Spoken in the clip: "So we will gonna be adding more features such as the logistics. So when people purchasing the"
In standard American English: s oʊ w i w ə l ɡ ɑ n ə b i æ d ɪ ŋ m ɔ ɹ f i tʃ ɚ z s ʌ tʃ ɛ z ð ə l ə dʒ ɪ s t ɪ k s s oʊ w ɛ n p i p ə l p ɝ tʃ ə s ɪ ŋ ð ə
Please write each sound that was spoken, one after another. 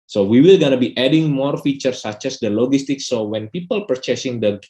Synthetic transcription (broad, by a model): s oʊ w i w ə l ɡ ɑ n ə b i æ d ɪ ŋ m ɔ ɹ f i tʃ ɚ s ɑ tʃ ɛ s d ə l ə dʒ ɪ s t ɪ k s s oʊ w ɛ n p i p ə l p ɝ tʃ ə s ɪ ŋ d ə